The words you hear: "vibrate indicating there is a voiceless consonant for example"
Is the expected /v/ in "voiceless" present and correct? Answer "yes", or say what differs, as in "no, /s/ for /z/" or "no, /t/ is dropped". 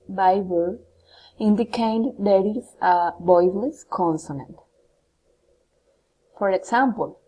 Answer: no, /b/ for /v/